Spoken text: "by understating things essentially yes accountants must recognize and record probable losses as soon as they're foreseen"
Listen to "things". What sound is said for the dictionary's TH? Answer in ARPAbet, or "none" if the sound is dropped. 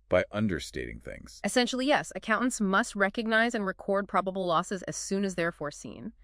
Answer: TH